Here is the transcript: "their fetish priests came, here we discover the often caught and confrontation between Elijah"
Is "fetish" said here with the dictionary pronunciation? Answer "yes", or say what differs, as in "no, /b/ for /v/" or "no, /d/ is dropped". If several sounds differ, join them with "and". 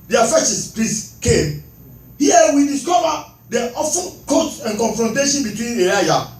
no, /s/ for /ʃ/